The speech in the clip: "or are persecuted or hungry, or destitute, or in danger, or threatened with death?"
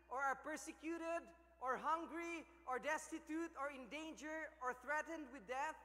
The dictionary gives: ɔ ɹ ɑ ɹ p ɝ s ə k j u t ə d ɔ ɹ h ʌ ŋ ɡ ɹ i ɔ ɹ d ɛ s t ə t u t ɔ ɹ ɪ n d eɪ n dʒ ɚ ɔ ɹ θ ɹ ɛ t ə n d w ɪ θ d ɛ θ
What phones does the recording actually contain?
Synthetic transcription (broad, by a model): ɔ ɹ ɑ ɹ p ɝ s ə k j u t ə d ɔ ɹ h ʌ ŋ ɡ ɹ i ɔ ɹ d ɛ s t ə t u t ɔ ɹ ɪ n d eɪ n dʒ ɚ ɔ ɹ θ ɹ ɛ t ə n d w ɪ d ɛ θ